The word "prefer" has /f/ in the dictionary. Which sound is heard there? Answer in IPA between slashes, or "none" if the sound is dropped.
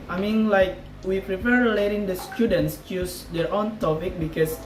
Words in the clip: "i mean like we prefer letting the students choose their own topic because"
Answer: /p/